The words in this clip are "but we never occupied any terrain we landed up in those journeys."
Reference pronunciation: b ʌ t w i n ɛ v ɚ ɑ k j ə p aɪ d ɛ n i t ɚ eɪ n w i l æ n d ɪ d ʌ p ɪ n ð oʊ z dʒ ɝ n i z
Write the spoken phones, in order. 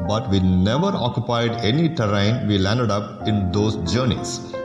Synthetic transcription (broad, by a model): b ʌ t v i n ɛ v ɚ ɑ k j ə p aɪ d ɛ n i t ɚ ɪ n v i l æ n d ɪ d ʌ p ɪ n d oʊ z dʒ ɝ n i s